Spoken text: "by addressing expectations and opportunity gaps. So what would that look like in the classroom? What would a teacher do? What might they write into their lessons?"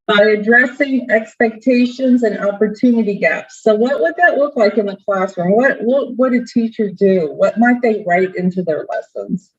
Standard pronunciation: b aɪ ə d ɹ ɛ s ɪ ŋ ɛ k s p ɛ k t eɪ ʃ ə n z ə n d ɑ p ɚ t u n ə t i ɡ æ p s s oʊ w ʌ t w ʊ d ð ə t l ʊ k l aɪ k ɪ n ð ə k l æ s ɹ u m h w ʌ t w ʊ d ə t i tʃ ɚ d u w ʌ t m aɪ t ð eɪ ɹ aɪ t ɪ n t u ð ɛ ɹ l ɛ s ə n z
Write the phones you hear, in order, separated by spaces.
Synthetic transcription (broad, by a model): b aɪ ə d ɹ ɛ s ɪ ŋ ɛ k s p ɛ k t eɪ ʃ ə n z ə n ɑ p ɚ t u n ə t i ɡ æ p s s oʊ w ʌ t w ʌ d ð ə t l ʊ k l aɪ k ɪ n ð ə k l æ s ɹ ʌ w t w ʌ t w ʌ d ə t i tʃ ɚ d u w ʌ t m aɪ t ð eɪ ɹ aɪ t ɪ n t u ð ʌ ɹ l ɛ s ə n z